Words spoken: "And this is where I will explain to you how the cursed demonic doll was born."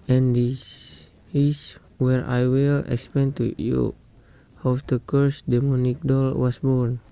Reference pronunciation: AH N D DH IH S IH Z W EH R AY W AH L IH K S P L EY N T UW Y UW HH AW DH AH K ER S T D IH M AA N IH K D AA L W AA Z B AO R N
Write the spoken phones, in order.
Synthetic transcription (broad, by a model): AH N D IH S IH S W EH R AY W AH L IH K S P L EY N T UW Y UW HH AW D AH K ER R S D IH M AA N IH K D AA L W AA S B AO R N